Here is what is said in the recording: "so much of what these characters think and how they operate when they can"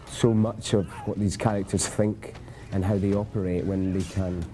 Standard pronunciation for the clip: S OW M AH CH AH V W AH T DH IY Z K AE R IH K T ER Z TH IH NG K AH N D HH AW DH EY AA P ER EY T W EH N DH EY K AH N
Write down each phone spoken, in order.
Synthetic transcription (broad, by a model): S OW M AH CH AH V W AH T DH IY Z K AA R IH K T ER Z TH IH NG K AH N HH AW DH EY AA P ER EY T W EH N DH EY K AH N